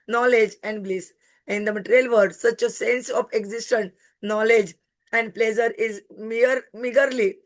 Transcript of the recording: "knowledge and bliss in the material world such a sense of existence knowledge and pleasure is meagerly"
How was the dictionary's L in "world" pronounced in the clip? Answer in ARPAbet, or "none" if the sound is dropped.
none